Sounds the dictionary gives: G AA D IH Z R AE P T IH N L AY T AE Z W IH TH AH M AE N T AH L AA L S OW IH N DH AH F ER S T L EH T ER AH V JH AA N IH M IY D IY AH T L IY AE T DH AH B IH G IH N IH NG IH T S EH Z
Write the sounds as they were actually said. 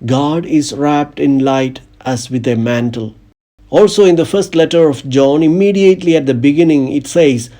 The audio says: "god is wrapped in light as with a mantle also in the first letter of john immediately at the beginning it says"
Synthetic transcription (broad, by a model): G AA D IH Z R AE P T IH N L AY T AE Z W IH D AH M AE N T AH L AA L S OW IH N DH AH F ER S T L EH T ER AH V JH AA N IH M IY D IY AH T L IY AE T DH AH B IH G IH N IH NG IH T S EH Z